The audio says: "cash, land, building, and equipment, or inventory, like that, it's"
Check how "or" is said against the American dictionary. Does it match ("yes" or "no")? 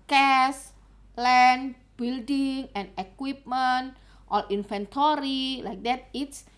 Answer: no